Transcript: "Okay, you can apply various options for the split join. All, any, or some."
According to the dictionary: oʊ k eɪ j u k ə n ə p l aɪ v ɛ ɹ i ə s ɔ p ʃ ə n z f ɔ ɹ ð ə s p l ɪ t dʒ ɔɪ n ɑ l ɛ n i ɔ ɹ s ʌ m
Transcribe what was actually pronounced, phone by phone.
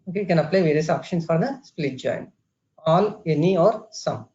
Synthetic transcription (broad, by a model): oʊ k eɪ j k ə n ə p l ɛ v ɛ ɹ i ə s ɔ p ʃ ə n s f ɔ ɹ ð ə s p l ɪ t dʒ ɔɪ n ɑ l ɛ n i ɔ ɹ s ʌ m